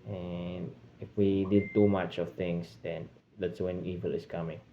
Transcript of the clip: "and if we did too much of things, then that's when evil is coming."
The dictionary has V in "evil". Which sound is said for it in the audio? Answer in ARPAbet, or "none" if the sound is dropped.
V